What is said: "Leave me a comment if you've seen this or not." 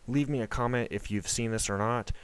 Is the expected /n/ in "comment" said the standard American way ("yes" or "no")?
yes